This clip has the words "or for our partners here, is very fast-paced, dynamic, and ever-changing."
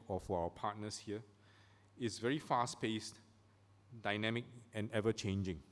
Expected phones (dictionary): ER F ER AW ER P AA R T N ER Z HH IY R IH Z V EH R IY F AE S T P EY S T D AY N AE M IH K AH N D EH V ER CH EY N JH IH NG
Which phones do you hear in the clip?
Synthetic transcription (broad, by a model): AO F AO AW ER P AA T N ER S HH IY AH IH S V EH R IY F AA S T P EY S T D AY N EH M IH K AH N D EH V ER CH EY N JH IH NG